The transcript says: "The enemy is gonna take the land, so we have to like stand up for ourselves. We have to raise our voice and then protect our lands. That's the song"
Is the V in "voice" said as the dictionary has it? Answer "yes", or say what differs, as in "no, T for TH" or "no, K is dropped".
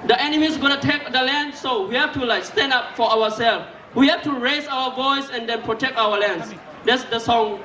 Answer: yes